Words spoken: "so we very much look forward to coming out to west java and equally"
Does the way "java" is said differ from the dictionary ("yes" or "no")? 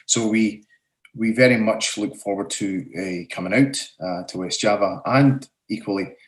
no